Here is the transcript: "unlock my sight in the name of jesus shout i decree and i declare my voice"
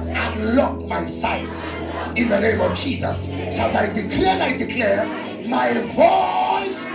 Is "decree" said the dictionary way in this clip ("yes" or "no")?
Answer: no